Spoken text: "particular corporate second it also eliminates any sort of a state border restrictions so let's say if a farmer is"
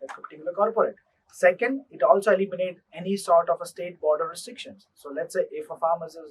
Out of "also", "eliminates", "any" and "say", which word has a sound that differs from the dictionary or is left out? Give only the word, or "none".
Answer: eliminates